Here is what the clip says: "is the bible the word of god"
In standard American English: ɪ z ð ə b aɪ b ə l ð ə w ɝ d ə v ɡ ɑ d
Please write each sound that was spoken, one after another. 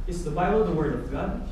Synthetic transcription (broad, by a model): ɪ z ð ə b aɪ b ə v ð ə w ɝ d ə v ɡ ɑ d